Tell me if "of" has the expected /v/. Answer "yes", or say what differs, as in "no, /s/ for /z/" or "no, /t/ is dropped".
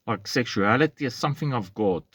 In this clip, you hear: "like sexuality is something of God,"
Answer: yes